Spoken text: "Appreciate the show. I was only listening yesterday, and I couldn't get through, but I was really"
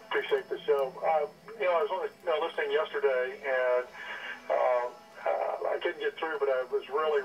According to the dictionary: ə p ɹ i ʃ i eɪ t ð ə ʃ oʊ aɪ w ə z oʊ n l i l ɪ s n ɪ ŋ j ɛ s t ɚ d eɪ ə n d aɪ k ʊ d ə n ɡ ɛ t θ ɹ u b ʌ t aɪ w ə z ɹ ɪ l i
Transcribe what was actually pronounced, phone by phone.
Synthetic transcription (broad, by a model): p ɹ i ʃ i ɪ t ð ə s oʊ aɪ w ə z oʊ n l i l ɪ s n ɪ ŋ j ɛ s t ɚ d eɪ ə n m aɪ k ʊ d n ɡ ɛ t θ ɹ u b ʌ t aɪ w ə z ɹ ɪ l i